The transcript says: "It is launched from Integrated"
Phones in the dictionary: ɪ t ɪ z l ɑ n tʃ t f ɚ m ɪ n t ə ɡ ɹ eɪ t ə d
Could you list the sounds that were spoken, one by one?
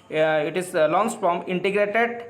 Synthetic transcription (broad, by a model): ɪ t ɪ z l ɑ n s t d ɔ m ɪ n t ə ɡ ɹ eɪ t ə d